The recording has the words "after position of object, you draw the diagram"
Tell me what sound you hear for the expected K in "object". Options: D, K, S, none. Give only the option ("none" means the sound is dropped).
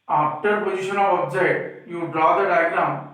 none